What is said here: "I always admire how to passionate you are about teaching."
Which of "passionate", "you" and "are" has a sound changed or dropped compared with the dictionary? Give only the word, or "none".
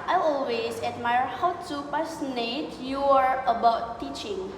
passionate